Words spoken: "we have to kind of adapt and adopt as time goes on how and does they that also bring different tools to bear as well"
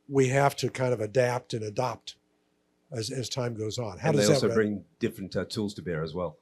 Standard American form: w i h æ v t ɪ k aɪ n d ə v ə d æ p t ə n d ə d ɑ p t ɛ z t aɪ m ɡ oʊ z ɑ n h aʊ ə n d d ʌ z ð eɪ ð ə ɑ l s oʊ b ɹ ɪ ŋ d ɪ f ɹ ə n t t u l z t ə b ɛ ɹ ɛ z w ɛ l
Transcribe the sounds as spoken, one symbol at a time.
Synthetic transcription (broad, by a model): w i h æ f t ɪ k aɪ n d ə v ə d æ p t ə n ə d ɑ p t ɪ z t aɪ m ɡ oʊ z n h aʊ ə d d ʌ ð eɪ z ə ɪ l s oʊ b ɹ ɪ ŋ d ɪ f ɹ ə n t t u l z t ə b ɛ ɹ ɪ z w ɛ l